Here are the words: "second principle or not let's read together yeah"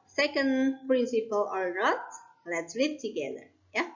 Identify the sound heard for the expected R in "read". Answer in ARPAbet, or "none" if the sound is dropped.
L